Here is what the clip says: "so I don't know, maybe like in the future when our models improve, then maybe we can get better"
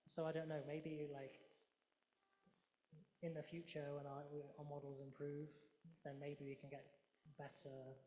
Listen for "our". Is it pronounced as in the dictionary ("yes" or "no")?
no